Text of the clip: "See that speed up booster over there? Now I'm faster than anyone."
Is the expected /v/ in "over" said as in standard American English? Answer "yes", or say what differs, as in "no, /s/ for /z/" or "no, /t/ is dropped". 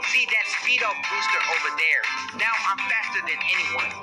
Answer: yes